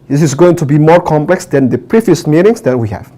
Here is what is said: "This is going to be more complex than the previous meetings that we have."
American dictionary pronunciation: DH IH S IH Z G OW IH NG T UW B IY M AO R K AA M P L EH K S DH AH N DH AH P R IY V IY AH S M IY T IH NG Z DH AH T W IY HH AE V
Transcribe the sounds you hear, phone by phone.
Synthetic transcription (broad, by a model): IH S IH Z G OW IH NG T UW B IY M AO R K AA M P L EH K S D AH N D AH P R IY V IY AH S M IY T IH NG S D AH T W IY HH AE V